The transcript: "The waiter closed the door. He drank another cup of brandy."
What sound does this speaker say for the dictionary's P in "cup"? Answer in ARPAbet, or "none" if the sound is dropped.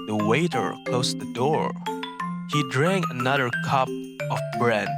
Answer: P